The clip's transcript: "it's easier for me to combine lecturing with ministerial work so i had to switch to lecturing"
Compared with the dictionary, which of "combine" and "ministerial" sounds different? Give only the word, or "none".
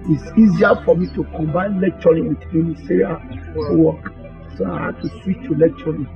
ministerial